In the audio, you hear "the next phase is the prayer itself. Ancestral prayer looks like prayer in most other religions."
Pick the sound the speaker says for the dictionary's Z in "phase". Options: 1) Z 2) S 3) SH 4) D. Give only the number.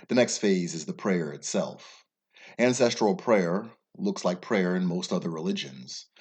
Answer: 1